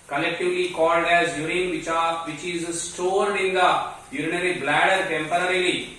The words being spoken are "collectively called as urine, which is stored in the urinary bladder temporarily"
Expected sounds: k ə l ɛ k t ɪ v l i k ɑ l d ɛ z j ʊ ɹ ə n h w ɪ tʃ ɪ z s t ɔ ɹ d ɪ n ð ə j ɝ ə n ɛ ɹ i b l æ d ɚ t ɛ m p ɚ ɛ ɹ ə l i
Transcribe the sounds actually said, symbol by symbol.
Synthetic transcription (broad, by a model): k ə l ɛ k t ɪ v l i k ɑ l d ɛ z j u ɹ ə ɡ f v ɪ tʃ ɪ z s t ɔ ɹ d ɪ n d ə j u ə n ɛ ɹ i b l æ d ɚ t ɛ m p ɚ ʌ ɹ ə l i